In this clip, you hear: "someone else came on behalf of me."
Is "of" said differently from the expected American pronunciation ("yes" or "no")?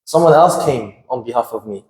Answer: no